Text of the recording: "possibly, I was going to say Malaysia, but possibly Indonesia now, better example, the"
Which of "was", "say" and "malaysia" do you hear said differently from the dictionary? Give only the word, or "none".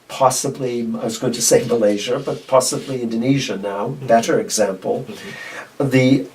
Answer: none